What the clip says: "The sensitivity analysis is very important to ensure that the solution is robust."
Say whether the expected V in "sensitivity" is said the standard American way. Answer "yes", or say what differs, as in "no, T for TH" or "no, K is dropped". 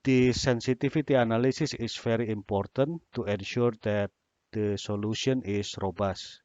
no, F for V